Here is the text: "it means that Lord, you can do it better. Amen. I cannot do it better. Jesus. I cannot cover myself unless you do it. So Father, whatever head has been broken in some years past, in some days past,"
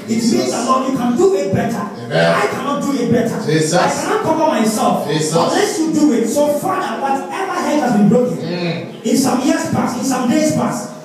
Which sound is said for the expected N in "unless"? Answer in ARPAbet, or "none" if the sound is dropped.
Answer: none